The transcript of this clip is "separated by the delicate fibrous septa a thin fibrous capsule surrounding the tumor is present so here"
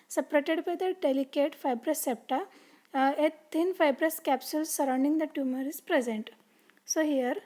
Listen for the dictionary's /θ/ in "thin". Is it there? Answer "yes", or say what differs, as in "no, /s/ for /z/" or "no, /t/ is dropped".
no, /t/ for /θ/